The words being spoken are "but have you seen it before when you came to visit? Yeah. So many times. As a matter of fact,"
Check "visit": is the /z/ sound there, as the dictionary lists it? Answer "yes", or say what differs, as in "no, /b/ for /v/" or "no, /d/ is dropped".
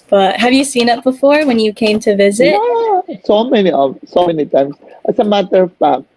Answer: yes